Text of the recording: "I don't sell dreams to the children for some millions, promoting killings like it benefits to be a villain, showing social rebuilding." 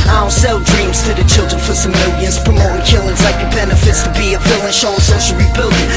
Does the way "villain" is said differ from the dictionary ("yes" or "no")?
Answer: yes